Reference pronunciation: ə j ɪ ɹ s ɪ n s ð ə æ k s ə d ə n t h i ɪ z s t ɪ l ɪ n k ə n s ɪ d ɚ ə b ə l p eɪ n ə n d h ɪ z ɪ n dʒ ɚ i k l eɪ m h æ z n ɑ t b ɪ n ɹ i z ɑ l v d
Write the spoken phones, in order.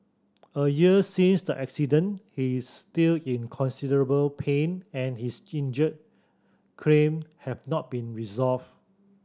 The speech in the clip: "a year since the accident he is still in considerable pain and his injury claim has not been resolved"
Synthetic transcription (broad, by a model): ə j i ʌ s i n s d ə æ k s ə d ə n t h i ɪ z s t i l ɪ n k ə n s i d ɚ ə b ə l p eɪ n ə n h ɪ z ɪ n dʒ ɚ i k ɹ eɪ m h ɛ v n ɑ t b ɪ n ɹ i z ɑ l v